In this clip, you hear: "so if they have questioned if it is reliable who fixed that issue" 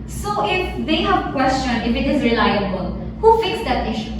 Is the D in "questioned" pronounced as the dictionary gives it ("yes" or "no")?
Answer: no